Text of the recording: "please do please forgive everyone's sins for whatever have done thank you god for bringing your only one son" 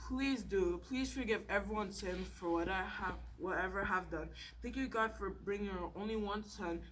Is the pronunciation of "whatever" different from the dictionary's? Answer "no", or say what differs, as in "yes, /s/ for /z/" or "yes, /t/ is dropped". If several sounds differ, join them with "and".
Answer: no